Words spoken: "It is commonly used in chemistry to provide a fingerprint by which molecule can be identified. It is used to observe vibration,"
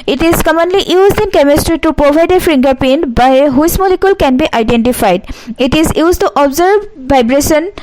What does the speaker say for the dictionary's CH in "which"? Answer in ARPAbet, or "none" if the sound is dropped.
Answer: S